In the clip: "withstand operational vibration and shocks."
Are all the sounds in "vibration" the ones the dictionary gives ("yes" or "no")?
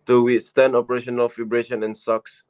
no